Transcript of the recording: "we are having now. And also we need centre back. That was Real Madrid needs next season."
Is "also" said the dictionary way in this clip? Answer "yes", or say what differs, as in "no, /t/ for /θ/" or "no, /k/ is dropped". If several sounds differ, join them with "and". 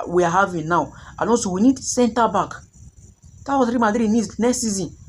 no, /n/ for /l/